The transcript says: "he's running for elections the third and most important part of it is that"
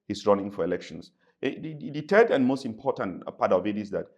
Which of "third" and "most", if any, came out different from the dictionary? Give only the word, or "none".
third